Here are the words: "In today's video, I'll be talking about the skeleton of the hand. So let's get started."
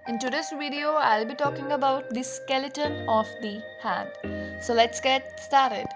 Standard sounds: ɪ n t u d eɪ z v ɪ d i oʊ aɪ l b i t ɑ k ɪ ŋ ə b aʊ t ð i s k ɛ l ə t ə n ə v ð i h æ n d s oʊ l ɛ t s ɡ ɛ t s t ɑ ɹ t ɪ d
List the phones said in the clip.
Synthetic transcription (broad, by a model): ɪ n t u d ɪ s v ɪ d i oʊ aɪ l b i t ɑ k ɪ ŋ ə b aʊ t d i s k ɛ l ə t ə n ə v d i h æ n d s oʊ l ɛ t s ɡ ɛ t s t ɑ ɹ t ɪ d